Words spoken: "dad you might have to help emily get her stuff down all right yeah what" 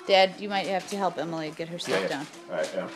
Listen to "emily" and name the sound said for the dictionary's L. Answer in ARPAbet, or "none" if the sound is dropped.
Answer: L